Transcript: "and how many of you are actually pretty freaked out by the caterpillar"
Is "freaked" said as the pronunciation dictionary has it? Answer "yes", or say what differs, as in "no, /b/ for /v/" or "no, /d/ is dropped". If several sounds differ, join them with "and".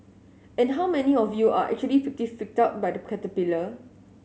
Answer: no, /ɹ/ is dropped